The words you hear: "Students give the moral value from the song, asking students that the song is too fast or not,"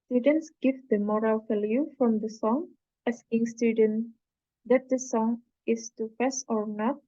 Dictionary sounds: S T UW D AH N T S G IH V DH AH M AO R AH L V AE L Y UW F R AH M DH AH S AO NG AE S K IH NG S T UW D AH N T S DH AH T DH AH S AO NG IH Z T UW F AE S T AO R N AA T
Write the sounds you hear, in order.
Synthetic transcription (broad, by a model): S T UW D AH N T S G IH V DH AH M AO R AH L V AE L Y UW F R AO M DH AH S AO NG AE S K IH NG S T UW D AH N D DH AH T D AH S AO NG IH S T UW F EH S AO R N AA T